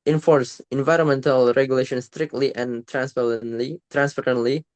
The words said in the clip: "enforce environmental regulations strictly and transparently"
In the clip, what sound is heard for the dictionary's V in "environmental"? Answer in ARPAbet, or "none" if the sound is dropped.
V